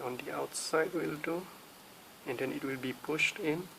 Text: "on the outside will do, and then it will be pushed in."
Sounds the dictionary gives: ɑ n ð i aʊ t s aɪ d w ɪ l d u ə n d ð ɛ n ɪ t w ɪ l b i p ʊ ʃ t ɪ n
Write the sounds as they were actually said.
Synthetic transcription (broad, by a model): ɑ n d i aʊ t s aɪ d w ɪ l d u ə n d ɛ n ɪ t w ɪ l b i p ʊ ʃ t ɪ n